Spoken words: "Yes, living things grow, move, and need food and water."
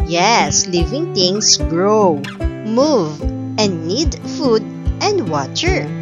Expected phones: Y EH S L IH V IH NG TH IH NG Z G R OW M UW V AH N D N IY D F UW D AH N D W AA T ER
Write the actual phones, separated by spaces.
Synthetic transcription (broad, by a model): Y EH S L IH V IH NG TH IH NG S G R OW M UW V AH N D N IY D F UW D AH N D W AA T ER